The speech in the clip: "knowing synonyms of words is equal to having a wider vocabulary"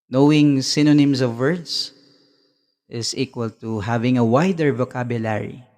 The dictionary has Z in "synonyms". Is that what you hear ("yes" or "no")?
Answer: no